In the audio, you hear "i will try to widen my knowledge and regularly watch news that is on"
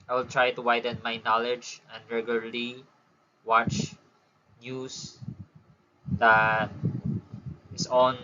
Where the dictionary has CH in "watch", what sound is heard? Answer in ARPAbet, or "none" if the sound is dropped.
CH